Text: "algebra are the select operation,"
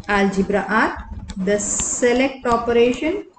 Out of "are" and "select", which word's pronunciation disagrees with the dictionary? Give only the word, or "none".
none